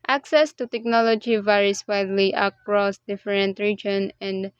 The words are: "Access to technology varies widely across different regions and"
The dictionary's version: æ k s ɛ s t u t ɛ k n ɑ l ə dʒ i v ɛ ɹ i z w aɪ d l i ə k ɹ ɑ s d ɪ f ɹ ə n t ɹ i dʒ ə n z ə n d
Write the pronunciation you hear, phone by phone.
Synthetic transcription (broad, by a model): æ k s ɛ s t u t ɛ k n ɑ l ə dʒ i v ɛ ɹ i s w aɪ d l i ə k ɹ ɑ s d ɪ f ɹ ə n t ɹ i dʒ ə n ə n d